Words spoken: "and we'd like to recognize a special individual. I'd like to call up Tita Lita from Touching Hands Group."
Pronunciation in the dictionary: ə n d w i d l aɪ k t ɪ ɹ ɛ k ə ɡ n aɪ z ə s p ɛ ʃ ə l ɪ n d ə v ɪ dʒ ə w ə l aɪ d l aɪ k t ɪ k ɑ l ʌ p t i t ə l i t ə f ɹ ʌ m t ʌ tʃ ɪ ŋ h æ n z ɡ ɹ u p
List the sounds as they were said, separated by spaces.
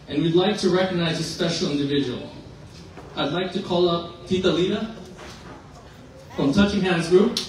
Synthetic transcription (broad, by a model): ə n w i d l aɪ k t ɪ ɹ ɛ k ə ɡ n aɪ z ə s p ɛ ʃ l ɪ n d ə v ɪ dʒ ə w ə l aɪ d l aɪ k t ɪ k ɑ l ʌ p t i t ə l i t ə f ɹ ʌ m t ʌ tʃ ɪ ŋ h æ n z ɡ ɹ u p